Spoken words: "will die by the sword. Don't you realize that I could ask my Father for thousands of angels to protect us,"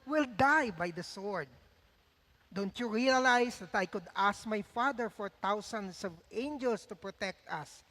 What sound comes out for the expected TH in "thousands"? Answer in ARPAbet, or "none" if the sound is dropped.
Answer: T